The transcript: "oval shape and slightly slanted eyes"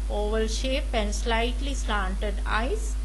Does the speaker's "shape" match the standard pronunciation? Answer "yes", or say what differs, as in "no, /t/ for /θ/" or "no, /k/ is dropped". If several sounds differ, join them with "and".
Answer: yes